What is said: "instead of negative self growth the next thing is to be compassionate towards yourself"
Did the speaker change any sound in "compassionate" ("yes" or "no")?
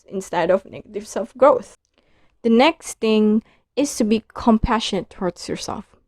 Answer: no